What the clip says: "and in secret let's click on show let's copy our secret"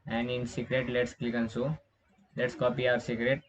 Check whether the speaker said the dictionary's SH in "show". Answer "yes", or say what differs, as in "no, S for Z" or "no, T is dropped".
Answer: no, S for SH